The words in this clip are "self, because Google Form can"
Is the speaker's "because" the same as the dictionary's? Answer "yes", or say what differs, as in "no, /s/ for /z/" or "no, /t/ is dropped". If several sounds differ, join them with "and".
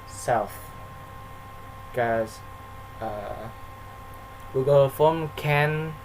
no, /z/ is dropped